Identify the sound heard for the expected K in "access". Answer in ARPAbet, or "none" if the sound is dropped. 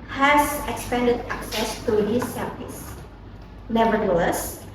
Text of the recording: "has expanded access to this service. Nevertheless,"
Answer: K